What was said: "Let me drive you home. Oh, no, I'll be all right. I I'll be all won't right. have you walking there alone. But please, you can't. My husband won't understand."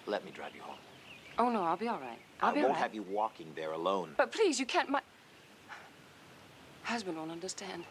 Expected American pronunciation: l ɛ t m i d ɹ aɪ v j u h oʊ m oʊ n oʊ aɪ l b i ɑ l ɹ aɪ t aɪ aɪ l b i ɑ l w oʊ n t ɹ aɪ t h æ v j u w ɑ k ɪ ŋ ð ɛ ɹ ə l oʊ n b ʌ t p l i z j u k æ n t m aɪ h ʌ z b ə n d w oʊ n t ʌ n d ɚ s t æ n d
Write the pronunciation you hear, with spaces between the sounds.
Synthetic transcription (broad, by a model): l ɛ t m i d ɹ aɪ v j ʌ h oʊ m oʊ n oʊ aɪ l b i ɑ l ɹ aɪ t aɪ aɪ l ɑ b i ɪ v j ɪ w ɑ k ɪ ŋ ð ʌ ɹ ə l oʊ n b ʌ t p l i z j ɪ k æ n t m aɪ h ʌ z b ə n d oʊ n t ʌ n d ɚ s t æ n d